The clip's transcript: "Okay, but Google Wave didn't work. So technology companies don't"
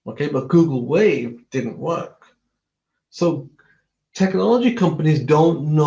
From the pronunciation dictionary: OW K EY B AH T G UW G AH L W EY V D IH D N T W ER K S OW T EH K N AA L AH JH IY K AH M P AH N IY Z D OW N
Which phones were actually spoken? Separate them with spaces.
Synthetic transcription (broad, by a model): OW K EY B AH T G UW G L W EY V D IH D N T W ER K S OW T EH K N AA L AH JH IY K AH M P AH N IY Z D OW N